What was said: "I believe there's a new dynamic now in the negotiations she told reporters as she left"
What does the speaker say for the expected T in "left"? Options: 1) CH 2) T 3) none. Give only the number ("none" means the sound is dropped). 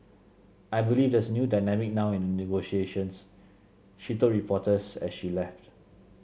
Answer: 2